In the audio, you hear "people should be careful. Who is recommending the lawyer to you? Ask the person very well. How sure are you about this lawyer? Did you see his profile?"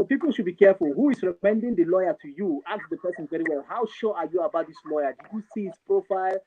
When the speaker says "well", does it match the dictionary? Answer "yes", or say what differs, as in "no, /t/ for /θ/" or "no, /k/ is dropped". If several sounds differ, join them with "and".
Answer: yes